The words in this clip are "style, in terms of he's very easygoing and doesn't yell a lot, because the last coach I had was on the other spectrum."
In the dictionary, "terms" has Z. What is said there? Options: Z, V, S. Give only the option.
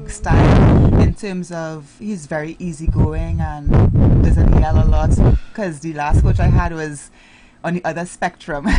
Z